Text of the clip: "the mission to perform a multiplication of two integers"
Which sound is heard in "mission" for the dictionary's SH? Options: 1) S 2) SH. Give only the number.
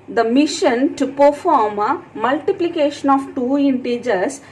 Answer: 2